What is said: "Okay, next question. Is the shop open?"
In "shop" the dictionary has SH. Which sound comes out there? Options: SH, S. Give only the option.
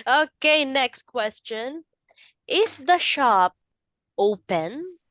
SH